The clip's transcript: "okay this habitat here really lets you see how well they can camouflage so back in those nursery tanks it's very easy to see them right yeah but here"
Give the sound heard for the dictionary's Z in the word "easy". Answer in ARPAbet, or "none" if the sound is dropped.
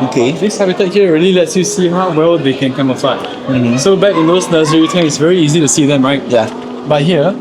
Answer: Z